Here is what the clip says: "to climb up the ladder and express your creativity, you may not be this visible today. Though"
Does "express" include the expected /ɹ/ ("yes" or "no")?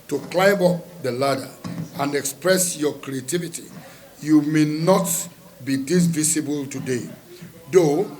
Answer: yes